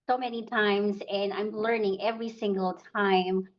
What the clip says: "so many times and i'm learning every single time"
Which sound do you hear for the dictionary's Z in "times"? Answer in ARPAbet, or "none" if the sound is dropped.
Z